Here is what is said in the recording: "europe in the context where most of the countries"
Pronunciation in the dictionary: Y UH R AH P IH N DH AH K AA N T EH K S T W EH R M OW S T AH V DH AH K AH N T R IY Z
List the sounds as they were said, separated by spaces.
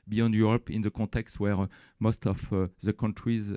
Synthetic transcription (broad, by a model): Y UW R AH P IH N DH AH K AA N T EH K S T W EH R M OW S T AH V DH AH K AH N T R IY Z